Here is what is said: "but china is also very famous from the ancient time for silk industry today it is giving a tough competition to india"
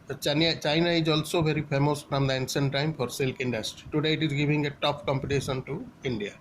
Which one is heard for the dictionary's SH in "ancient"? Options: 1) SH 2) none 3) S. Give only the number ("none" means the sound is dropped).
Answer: 3